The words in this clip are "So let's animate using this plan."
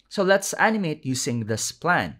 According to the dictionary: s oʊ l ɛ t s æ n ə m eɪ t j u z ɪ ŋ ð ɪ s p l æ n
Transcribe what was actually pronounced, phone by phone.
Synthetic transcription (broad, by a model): s oʊ l ɛ t s æ n ə m eɪ t j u s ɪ ŋ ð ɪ s p l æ n